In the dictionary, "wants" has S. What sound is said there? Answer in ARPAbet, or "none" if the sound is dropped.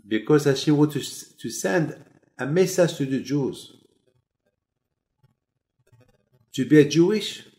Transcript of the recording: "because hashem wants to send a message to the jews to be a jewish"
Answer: none